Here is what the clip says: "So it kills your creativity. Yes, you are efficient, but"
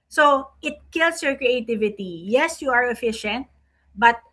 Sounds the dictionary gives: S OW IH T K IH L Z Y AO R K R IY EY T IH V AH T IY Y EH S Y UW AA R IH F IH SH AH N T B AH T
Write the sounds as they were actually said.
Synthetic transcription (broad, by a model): S OW IH T K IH L S Y AO R K R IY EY T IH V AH T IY Y EH S Y UW AA R IH F IH SH AH N T B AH T